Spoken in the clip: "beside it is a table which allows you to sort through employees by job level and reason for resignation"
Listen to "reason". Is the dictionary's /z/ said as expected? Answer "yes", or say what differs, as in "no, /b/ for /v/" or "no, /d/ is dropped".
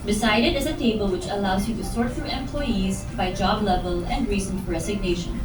no, /s/ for /z/